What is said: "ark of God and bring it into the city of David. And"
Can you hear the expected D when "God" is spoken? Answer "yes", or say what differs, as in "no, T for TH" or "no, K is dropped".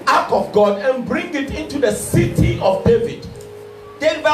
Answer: yes